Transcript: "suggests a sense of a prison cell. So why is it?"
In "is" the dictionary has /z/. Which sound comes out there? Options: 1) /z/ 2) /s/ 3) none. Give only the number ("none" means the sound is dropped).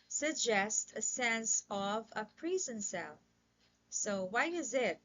1